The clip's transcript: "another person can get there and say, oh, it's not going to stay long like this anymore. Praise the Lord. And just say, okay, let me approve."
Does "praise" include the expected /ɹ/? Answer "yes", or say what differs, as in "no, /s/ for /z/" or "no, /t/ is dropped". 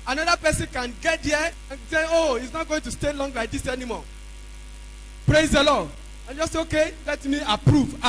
yes